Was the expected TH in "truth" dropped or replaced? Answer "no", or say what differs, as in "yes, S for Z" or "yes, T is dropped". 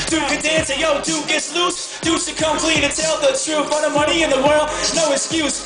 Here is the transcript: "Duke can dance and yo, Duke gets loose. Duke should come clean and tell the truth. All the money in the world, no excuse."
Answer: yes, F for TH